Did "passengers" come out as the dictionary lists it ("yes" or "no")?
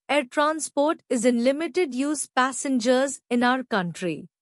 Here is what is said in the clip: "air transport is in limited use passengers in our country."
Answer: yes